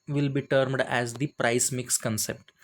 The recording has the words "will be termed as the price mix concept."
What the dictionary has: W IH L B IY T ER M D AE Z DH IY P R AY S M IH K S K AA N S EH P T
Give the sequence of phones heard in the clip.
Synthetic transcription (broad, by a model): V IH L B IY T ER M D AE Z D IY P R AY S M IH K S K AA N S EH P T